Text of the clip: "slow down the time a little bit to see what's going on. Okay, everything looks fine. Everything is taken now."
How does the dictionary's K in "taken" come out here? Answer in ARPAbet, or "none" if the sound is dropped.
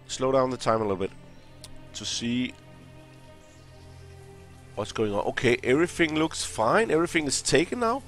none